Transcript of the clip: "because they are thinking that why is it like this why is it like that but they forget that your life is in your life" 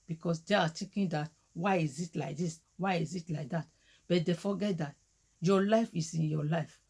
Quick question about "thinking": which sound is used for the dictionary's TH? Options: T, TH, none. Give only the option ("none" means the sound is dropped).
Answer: T